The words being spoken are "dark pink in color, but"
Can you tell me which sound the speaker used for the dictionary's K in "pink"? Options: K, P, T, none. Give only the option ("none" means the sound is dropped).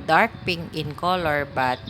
none